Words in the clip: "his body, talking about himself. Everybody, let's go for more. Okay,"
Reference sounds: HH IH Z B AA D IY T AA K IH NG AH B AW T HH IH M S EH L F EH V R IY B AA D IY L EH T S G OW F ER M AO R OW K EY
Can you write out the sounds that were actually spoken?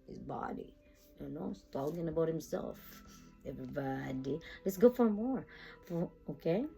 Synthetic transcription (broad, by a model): HH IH Z B AA D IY T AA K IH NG AH B AW T HH IH M S EH L F EH V R IY B AA D IY L EH T S G OW F ER M AO R OW K EY